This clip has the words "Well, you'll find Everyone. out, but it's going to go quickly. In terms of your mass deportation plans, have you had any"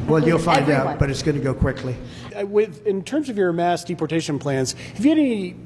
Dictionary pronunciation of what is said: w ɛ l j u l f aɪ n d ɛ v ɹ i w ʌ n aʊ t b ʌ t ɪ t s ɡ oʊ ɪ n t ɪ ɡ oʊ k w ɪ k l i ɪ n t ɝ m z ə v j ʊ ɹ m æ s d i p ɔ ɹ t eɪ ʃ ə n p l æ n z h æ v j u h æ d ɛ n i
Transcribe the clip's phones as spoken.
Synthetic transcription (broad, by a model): w ɛ l j u l f aɪ n d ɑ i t b ʌ t ɪ t s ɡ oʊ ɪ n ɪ ɡ oʊ k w ɪ k l i ɪ n t ɝ m z ə v j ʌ ɹ m æ s d i p ɔ ɹ t eɪ ʃ ə n p l æ n z h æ v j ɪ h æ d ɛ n i